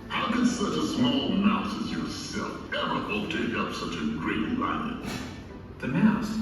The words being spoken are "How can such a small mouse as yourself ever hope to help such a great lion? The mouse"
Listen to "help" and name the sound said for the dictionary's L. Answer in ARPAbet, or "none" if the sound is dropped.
none